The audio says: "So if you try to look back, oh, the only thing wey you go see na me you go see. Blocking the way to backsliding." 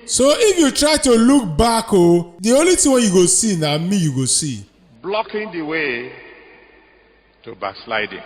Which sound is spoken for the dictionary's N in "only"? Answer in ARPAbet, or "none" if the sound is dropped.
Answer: none